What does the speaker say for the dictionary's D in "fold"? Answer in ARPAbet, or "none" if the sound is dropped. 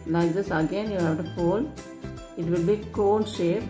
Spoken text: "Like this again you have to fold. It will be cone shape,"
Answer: none